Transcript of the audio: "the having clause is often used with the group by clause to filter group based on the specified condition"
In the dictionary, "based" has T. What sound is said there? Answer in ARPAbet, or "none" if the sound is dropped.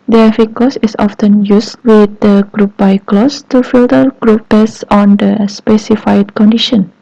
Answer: none